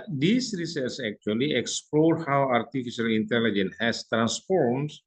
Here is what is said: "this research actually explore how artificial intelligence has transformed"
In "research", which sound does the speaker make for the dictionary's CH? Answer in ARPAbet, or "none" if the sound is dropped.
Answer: S